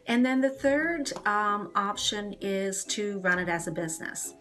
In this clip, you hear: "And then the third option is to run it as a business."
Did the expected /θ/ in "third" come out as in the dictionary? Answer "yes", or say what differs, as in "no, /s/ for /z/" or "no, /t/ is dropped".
yes